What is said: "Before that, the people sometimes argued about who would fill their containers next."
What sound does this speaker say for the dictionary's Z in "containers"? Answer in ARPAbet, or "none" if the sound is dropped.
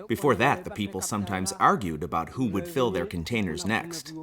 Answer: Z